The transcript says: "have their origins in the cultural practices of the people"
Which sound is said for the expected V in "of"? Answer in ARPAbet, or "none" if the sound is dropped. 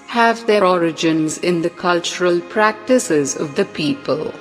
V